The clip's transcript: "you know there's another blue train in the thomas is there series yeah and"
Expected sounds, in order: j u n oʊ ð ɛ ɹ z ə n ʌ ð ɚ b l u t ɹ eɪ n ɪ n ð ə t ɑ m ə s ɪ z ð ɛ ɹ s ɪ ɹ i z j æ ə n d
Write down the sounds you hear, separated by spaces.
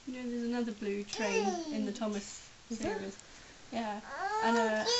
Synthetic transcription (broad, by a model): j n oʊ ð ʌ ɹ z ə n ʌ ð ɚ b l u t ɹ eɪ n ɪ n ð ə t ɑ m ə s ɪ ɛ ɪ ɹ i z j æ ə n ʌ